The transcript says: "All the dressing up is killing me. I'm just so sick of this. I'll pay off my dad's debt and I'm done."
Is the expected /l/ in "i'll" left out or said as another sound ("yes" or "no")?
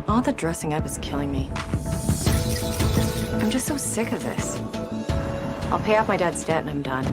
no